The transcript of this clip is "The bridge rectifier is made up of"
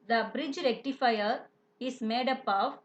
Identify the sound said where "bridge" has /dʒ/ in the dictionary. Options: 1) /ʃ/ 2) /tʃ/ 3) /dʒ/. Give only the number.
3